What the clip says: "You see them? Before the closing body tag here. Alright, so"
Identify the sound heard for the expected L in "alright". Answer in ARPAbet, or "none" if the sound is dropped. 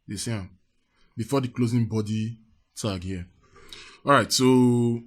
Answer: none